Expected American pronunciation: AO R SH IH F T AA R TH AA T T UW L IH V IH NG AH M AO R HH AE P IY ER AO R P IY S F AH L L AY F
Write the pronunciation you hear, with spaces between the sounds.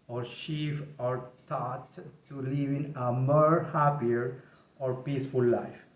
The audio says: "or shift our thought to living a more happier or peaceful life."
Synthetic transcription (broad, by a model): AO R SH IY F AA R T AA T T UW L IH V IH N AH M AO R HH AE P IY ER AO R P IY S F AH L L AY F